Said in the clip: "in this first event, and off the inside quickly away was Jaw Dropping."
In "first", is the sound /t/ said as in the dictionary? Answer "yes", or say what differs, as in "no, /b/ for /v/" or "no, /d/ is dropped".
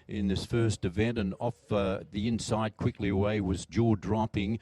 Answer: yes